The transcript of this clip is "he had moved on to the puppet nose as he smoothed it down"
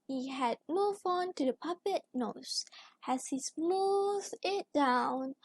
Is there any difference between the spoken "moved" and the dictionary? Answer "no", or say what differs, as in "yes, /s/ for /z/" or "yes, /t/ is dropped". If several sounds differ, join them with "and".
yes, /d/ is dropped